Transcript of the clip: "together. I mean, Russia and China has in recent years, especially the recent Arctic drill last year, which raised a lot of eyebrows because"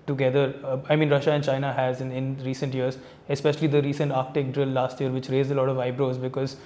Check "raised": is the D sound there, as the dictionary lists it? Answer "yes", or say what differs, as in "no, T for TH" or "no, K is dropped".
no, D is dropped